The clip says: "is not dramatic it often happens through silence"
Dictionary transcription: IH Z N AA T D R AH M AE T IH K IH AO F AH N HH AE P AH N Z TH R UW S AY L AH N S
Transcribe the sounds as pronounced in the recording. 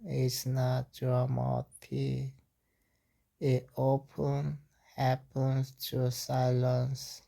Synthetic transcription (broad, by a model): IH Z N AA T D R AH M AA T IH IH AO P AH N HH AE P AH N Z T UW S AY L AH N S